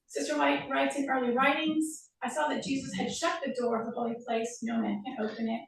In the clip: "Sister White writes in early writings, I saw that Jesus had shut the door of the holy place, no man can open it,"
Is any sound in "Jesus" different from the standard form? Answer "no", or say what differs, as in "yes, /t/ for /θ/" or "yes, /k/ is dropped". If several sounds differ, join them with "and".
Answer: no